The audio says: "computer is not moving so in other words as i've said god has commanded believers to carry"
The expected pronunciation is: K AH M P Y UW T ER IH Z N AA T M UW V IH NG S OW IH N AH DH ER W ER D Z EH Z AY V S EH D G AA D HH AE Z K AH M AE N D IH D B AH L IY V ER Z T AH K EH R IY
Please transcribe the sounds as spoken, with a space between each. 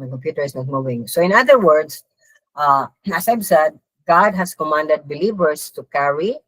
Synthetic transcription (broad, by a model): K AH M P Y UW T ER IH S N AA T M UW V IH NG S OW IH N AH DH ER W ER D S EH S AY V S EH D G AA D HH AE S K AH M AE N D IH D B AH L IY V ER S T AH K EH R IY